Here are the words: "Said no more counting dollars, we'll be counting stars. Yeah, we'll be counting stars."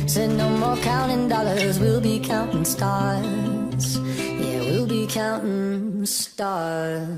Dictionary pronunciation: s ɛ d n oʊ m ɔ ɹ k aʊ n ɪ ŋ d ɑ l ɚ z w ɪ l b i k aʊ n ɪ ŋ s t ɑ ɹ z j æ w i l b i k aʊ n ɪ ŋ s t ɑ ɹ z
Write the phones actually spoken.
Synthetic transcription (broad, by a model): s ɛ n oʊ m ɔ ɹ k aʊ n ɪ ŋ d ɑ l ɚ z w ɪ l b i k aʊ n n s t ɑ ɹ z j æ w i l b i k aʊ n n s t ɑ ɹ